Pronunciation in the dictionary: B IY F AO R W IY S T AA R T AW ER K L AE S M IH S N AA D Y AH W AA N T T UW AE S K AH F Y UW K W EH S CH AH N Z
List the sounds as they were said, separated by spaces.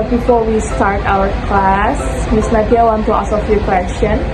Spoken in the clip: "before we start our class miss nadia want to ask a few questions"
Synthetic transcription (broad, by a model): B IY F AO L W IY S T AA R T AW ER K L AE S M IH S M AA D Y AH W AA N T T UW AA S AH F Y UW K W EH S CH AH N